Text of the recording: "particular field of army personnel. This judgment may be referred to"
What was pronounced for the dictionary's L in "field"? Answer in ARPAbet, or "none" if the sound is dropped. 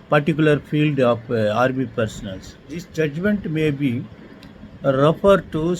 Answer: L